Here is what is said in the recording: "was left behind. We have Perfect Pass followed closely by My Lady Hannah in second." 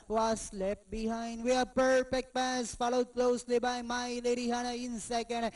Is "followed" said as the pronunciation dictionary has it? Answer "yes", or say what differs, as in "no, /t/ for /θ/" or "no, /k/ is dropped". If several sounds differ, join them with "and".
yes